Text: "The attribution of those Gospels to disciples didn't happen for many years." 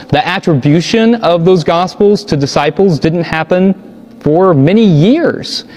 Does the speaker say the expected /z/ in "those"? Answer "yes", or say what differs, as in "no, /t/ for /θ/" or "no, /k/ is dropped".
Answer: yes